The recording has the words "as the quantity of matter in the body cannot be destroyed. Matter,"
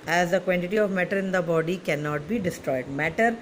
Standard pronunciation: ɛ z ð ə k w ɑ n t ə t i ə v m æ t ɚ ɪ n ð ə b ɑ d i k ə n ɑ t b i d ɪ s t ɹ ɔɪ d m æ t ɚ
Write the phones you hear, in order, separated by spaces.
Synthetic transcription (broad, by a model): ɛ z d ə k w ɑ n t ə t i ə v m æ t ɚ ɪ n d ə b ɑ d i k ə n ɑ t b i d ɪ s t ɹ ɔɪ d m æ t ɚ